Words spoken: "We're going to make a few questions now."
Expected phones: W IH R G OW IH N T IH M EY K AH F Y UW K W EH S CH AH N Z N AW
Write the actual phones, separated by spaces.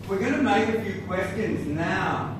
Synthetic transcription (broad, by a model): W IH R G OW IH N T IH M EY K AH F Y UW K W EH S CH AH N Z N AW